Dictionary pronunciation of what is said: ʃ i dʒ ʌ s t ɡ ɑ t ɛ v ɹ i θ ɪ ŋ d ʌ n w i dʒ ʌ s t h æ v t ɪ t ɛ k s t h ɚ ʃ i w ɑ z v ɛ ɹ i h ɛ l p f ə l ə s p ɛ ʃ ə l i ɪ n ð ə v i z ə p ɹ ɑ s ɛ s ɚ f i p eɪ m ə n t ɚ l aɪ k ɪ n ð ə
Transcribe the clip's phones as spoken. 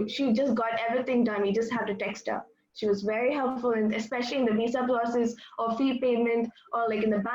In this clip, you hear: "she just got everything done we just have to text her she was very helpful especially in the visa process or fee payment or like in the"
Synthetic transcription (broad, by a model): ʃ i dʒ ʌ s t ɡ ɑ t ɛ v ɹ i t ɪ ŋ d ʌ n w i dʒ ʌ s t h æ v t ɪ t ɛ k s t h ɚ ʃ i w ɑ z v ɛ ɹ i h ɛ l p f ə l ə s p ɛ ʃ ə l i ɪ n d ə b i s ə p l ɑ s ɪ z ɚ f i p eɪ m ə n t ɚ l aɪ k ɪ n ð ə